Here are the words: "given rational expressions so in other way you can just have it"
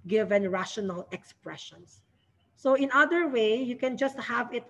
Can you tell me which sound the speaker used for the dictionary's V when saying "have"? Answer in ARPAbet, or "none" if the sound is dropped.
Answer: V